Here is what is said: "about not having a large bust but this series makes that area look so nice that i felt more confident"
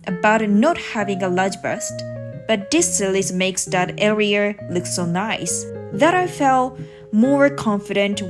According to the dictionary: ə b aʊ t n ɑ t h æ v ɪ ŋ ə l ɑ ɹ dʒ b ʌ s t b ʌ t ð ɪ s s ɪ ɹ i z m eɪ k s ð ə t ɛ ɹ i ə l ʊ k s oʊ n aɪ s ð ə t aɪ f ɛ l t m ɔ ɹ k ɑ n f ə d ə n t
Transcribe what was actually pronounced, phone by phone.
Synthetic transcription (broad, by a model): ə b aʊ t n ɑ t h æ v ɪ ŋ ə l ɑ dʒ b ʌ s t b ʌ t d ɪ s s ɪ l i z m eɪ k s ð ə t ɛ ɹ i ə l ʊ k s oʊ n aɪ s ð ə t aɪ f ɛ l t m ɔ ɹ k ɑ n f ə d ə n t